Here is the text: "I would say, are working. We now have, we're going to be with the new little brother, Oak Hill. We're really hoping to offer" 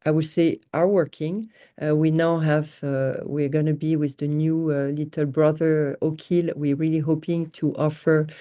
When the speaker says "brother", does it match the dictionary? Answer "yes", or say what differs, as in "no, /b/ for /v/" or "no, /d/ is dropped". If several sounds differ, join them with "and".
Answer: yes